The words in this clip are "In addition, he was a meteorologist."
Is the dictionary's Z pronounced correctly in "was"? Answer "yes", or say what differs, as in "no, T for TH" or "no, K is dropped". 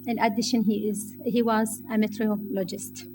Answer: yes